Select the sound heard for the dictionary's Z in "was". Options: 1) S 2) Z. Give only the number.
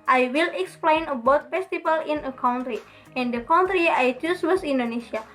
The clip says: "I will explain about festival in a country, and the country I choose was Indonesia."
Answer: 1